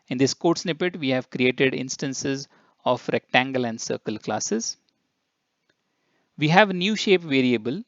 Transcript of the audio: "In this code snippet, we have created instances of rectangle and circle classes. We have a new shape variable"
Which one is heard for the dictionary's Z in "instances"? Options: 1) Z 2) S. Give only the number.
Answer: 1